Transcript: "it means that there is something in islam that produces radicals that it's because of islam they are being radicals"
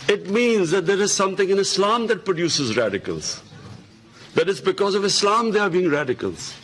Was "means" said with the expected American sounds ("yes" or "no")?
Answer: yes